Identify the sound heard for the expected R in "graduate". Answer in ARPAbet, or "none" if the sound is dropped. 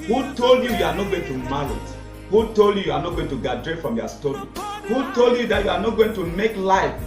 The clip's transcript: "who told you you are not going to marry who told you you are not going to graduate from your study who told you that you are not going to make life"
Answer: none